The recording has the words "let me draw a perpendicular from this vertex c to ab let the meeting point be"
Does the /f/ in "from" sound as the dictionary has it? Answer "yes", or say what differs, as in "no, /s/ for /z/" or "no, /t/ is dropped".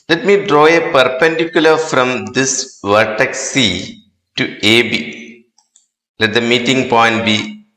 yes